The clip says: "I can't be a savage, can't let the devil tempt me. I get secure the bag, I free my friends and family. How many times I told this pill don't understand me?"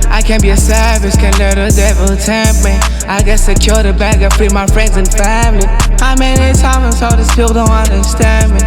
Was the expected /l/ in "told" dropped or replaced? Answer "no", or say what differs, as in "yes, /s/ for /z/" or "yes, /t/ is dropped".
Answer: yes, /l/ is dropped